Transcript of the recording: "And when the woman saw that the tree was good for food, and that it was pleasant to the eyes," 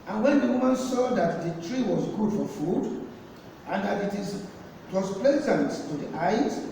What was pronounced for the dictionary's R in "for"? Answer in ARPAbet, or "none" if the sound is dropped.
R